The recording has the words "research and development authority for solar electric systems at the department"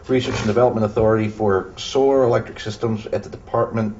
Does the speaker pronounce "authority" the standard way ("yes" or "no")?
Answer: yes